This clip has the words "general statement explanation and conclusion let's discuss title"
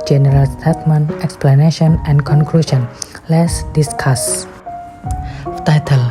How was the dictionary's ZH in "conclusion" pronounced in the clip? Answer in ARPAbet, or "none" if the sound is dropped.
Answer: SH